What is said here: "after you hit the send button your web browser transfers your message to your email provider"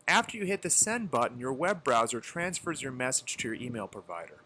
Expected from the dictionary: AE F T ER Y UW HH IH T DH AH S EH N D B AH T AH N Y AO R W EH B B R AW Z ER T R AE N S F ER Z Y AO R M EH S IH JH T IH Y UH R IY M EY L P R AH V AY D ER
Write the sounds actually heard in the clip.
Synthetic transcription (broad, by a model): AE F T ER Y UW HH IH T DH AH S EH N B AH T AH N Y AO R W EH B B R AW Z ER T R AE N S F ER Z Y AO R M EH S IH JH T IH Y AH R IY M EY L P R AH V AY D ER